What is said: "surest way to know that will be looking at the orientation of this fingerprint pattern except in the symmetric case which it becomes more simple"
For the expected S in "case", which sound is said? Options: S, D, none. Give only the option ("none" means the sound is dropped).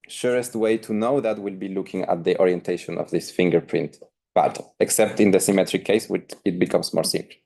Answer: S